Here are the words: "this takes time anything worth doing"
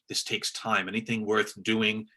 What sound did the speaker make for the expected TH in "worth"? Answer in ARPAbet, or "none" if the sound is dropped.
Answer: TH